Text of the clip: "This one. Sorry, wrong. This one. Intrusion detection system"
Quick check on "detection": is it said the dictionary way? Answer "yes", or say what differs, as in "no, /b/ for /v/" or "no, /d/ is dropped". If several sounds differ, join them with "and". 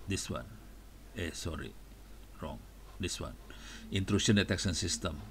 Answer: no, /s/ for /ʃ/